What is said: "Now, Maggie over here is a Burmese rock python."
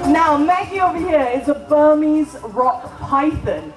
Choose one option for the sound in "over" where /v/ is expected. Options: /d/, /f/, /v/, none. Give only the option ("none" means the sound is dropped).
/v/